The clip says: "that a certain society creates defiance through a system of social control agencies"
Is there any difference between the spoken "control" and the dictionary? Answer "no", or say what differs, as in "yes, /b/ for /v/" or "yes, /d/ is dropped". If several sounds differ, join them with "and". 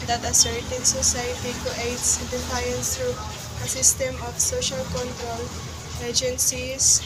no